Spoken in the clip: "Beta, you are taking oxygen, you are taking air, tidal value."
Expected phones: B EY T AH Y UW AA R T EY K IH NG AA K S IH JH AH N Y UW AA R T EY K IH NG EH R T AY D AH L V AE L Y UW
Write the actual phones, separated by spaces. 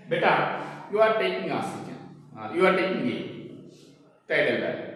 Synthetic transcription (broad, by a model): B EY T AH Y UW AA R T EY K IH NG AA S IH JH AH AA Y UW AA R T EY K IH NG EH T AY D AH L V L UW